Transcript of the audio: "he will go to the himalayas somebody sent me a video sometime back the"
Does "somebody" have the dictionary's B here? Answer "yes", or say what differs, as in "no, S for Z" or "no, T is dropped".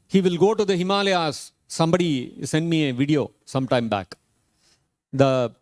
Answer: yes